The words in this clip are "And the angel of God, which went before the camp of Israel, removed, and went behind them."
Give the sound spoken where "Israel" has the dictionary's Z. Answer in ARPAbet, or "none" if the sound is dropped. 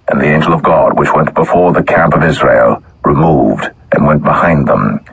Z